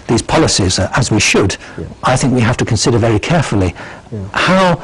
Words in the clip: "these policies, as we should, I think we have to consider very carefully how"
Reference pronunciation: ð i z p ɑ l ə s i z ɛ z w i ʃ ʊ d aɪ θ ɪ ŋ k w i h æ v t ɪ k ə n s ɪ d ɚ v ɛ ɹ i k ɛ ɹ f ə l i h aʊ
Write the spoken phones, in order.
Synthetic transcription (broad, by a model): ð i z p ɑ l ə s i z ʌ z w i ʃ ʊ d aɪ θ ɪ ŋ k w i h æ f t ɪ k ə n s ɪ d ɚ v ɛ ɹ i k ɛ ɹ f ə l i h aʊ